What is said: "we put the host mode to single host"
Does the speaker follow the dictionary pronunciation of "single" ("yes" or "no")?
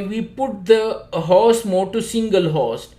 yes